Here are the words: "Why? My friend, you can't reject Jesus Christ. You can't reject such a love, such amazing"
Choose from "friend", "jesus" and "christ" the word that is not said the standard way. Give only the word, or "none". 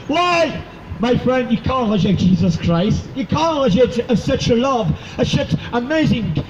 none